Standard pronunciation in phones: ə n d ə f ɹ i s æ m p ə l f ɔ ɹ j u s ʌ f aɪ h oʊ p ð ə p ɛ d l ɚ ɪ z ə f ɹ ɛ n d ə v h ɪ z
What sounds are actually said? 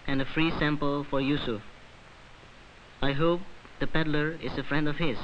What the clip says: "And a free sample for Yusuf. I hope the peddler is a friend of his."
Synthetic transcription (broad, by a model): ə n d ə f ɹ i s æ m p ə l f ɔ ɹ j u s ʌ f aɪ h oʊ p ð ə p ɛ d l ɚ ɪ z ə f ɹ ɛ n d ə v h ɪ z